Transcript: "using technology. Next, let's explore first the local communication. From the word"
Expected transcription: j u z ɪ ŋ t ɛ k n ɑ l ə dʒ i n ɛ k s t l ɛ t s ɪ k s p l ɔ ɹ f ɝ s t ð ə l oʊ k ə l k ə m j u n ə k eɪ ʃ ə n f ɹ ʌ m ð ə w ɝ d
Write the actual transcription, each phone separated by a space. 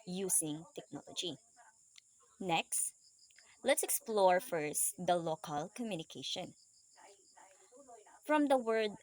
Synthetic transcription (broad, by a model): j u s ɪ ŋ t ɛ k n ɑ l ə dʒ i n ɛ k s t l ɛ t s ɪ k s p l ɔ ɹ f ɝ s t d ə l oʊ k ə l k ə m j u n ə k eɪ ʃ ə n f ɹ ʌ m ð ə w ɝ d